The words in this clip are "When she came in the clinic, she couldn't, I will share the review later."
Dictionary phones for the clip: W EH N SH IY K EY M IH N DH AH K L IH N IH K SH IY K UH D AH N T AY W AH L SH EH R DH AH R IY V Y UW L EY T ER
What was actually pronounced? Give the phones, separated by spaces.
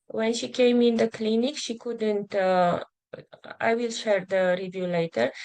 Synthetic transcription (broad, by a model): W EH N SH IY K EY M IH N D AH K L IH N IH K SH IY K UH D AH N T AY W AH L SH EH R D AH R IY V Y UW L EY T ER